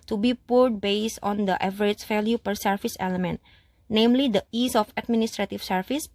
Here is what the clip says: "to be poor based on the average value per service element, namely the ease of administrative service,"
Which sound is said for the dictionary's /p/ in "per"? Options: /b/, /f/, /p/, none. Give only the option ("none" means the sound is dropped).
/p/